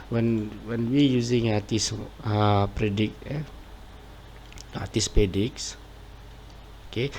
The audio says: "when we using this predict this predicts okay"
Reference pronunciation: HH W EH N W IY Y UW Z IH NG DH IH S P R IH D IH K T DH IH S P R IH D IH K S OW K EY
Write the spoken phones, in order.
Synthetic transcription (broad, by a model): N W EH N W IY Y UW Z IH NG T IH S P R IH D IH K T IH S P IH D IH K S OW K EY